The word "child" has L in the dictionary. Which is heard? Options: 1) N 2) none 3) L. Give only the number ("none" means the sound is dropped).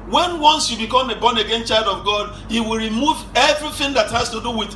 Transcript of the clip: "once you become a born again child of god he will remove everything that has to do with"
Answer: 3